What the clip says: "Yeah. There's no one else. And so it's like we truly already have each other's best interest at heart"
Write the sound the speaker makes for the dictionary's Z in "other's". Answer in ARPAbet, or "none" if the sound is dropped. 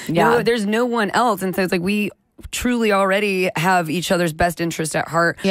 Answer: Z